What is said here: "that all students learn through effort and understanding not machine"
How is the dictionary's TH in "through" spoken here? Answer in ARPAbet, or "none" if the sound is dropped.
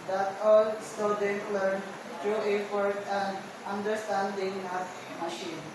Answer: T